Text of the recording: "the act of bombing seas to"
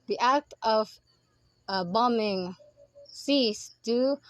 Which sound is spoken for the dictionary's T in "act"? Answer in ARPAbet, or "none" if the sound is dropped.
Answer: T